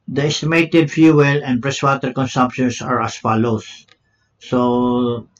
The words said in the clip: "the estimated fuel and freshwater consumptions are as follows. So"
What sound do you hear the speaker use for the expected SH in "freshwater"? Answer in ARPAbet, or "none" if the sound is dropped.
S